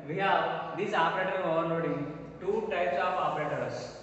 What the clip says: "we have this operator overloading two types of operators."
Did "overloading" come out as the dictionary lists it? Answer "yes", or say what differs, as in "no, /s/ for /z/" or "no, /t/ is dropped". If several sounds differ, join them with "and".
no, /n/ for /l/